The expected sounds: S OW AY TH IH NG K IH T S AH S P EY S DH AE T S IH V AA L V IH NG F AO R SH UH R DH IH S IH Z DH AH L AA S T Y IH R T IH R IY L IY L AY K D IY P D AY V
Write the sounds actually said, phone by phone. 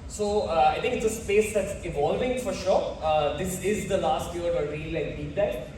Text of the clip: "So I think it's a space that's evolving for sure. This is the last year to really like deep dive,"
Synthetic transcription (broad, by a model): S OW AY T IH NG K IH T S AH S P EY S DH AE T S IH V AA L V IH NG F AO R SH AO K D IH S IH Z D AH L AA S T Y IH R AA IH R IY L IY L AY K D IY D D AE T